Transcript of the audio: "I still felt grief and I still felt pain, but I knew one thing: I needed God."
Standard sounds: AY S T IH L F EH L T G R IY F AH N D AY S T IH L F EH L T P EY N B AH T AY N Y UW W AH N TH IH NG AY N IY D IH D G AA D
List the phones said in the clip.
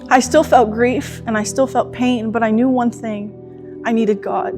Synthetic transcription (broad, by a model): AY S T IH L F EH L T G R IY F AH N AY S T IH L F EH L T P EY N B AH T AY N Y UW W AH N TH IH NG AY N IY D IH D G AA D